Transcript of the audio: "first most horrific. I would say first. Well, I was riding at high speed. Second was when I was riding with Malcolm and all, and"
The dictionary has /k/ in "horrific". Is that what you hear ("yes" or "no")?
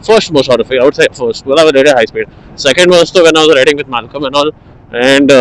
no